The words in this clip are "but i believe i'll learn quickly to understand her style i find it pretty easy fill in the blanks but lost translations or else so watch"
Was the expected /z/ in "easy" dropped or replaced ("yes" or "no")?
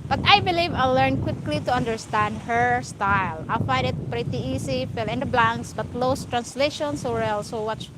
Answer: yes